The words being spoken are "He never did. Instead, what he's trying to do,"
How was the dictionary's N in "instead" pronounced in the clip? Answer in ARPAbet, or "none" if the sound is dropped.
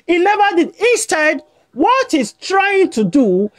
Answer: none